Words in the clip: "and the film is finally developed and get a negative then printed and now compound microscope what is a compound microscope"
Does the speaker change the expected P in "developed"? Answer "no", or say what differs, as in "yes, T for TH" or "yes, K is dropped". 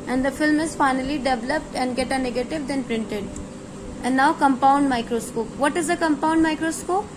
no